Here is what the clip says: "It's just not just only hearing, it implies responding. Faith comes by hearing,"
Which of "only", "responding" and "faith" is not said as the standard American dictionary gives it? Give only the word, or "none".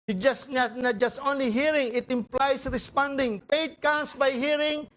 faith